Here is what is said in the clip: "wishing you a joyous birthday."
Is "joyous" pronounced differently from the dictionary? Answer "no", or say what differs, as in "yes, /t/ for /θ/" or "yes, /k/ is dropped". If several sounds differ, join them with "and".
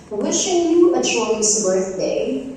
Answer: yes, /ʃ/ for /dʒ/